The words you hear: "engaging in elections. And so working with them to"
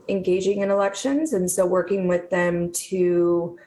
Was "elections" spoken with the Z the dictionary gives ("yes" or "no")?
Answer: yes